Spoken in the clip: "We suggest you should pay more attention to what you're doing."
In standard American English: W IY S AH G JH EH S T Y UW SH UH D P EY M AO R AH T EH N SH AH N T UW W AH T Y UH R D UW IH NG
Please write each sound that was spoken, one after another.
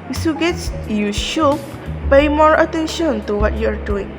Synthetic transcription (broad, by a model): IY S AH G EH T Y UW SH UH P EY M AO R AH T EH N SH AH N T UW W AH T Y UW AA D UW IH NG